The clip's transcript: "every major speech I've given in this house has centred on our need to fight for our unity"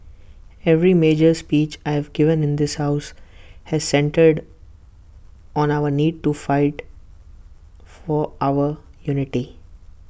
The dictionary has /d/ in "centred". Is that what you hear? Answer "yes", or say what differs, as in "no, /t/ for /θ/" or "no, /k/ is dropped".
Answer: yes